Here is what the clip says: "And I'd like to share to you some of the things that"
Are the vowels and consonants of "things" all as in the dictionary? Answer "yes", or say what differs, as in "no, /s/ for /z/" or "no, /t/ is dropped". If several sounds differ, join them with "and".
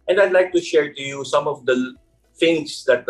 no, /f/ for /θ/